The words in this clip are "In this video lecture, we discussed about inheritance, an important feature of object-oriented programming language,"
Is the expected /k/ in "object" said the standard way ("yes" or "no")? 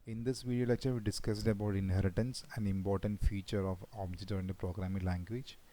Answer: no